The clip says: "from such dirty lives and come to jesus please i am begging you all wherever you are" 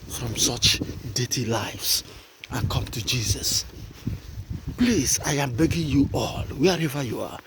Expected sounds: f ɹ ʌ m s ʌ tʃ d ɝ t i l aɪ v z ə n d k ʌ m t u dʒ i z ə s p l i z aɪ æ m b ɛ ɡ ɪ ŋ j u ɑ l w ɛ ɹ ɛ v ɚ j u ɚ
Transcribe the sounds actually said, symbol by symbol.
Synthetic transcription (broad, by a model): f ɹ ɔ m s ʌ tʃ d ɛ t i l aɪ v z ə n k ʌ m t u dʒ i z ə s p l i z aɪ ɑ m b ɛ ɡ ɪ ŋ j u ɑ l w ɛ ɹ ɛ v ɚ j u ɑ